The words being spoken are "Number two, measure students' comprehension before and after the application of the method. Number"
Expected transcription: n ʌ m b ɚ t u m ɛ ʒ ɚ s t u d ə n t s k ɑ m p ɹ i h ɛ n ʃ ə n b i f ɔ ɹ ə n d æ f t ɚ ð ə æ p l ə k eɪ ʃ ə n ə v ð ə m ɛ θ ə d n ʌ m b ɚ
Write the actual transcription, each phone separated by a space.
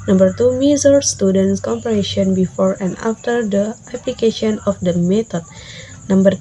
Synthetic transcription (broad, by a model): n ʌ m b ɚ t u m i z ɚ s t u d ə n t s k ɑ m p i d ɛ ʃ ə n b i f ɔ ɹ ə n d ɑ f t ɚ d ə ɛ p l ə k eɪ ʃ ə n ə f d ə m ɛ t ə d n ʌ m b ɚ